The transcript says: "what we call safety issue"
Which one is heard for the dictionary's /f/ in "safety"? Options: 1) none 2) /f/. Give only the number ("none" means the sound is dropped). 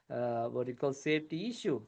1